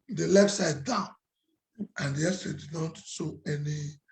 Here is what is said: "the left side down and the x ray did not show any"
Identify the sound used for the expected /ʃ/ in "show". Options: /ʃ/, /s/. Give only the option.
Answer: /s/